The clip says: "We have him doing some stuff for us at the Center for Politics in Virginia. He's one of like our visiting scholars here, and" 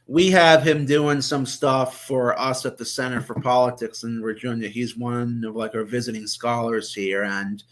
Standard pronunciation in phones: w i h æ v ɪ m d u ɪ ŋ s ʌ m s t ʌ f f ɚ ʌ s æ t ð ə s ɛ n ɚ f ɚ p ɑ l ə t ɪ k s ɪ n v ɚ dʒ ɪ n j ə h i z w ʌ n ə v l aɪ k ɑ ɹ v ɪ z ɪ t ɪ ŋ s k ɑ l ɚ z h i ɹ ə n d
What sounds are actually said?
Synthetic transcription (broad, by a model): w i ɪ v ɪ m d u ɪ ŋ s ʌ m s t ʌ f f ɚ ʌ s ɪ t ð ə s ɛ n ɚ f ɚ p ɑ l ə t ɪ k s ɪ n w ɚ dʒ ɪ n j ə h i z w ʌ n ə v l aɪ k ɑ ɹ v ɪ z ɪ t ɪ ŋ s k ɑ l ɚ z h i ɹ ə n